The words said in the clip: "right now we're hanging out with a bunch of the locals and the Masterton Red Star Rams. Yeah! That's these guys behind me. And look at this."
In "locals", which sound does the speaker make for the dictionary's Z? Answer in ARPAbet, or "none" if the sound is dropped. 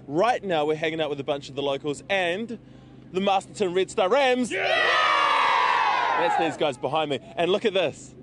Z